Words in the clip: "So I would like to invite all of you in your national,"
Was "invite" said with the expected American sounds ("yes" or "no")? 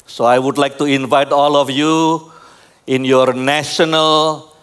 yes